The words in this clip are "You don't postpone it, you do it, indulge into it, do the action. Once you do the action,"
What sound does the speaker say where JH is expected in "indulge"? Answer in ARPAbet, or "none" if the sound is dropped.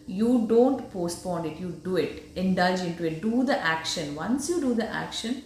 JH